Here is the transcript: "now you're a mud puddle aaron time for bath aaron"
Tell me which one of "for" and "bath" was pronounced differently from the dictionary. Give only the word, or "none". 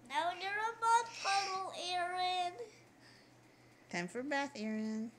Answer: none